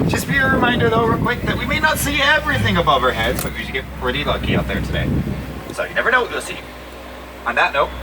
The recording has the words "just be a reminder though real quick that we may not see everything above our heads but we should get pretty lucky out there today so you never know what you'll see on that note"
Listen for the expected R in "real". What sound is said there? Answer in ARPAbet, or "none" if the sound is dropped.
W